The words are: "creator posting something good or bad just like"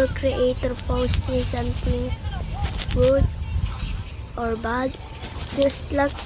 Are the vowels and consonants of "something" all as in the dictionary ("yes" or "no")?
no